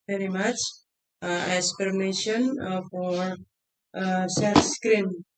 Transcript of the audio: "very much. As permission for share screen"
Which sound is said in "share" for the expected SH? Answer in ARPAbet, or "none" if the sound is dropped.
S